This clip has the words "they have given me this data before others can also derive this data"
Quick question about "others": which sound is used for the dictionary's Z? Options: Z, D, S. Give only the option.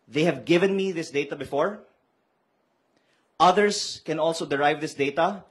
S